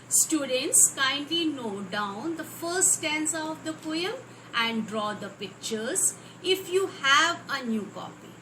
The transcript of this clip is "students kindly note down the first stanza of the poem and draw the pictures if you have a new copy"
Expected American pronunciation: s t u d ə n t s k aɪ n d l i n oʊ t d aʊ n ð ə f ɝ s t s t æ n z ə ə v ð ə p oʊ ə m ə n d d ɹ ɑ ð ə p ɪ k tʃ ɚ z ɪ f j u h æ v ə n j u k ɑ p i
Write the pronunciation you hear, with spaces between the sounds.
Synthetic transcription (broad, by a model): s t u d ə n t s k aɪ n d l i n oʊ d aʊ n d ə f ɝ t s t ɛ n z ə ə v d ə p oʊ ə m ə n d d ɹ ɑ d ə p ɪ k tʃ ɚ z ɪ f j u h æ v ə n j u k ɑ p i